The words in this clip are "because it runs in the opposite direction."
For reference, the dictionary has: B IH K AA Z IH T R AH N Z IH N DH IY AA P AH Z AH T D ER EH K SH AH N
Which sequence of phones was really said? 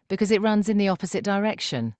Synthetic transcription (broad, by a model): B IH K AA Z IH T R AH N Z IH N DH IY AA P AH Z AH T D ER EH K SH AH N